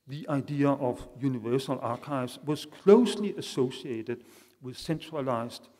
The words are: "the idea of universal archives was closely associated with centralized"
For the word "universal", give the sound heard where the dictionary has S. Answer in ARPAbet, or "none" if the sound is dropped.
S